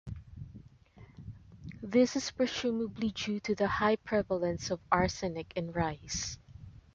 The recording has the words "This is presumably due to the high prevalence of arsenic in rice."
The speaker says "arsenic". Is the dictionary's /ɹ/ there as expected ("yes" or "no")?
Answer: yes